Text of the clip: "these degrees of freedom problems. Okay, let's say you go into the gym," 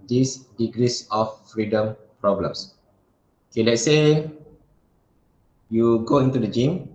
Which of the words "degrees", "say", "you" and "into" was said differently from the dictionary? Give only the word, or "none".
degrees